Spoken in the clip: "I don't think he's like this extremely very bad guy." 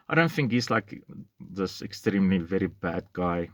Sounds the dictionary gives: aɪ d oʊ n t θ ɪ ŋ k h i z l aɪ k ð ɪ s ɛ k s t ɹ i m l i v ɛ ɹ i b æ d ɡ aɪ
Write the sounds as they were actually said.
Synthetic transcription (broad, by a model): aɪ d oʊ n t θ ɪ ŋ k h i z l aɪ k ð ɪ s ɛ k s t ɹ i m l i v ɛ ɹ i b æ d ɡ aɪ